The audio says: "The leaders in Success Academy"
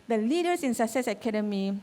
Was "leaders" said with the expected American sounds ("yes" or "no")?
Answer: no